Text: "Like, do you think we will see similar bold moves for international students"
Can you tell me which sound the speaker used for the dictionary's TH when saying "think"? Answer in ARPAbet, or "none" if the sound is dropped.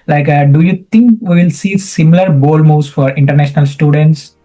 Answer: T